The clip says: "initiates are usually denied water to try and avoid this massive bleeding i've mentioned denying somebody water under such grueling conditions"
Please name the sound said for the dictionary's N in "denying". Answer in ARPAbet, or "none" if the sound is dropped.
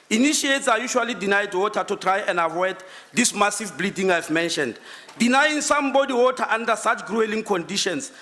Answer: N